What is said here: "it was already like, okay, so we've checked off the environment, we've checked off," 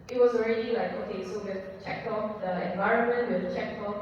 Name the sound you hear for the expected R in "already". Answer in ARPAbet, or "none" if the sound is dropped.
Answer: R